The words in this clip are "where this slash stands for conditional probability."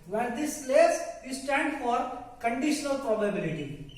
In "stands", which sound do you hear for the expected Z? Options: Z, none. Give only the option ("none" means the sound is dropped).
none